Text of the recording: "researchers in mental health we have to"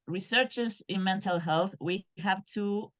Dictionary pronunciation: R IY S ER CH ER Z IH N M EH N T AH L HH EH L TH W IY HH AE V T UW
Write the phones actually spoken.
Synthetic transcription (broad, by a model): R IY S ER CH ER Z IH N M EH N T AH L HH EH L TH W IY HH AE V T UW